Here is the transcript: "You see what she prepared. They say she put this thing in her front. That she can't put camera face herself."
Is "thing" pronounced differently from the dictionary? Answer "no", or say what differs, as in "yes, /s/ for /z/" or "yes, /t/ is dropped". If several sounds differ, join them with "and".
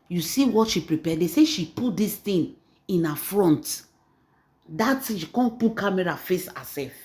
yes, /t/ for /θ/